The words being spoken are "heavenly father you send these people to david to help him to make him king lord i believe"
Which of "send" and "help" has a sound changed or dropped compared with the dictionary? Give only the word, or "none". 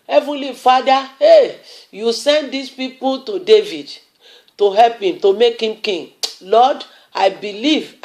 none